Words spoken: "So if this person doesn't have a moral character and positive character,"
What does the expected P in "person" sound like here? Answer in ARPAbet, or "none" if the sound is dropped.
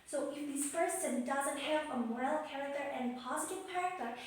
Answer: F